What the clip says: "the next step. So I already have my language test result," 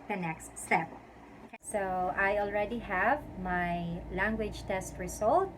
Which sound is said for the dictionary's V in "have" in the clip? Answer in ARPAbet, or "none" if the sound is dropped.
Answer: V